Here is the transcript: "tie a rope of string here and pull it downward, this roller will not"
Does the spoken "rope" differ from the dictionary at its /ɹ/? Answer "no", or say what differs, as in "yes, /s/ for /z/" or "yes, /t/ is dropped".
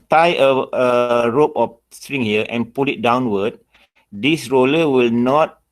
no